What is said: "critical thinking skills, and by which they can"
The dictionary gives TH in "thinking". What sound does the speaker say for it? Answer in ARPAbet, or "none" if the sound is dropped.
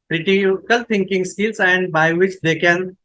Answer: T